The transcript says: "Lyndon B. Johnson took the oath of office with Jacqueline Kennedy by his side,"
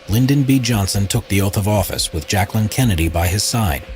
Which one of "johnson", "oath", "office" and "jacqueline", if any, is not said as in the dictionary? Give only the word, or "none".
none